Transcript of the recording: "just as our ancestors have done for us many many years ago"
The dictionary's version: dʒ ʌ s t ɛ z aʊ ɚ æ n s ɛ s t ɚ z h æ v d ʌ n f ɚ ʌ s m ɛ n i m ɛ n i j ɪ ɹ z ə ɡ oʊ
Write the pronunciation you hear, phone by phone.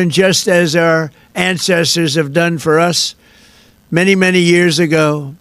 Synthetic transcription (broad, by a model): dʒ ʌ s t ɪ z aʊ ɚ æ n s ɛ s t ɚ z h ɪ v d ʌ n f ɚ ʌ s m ɛ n i m ɛ n i j ɪ ɹ z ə ɡ oʊ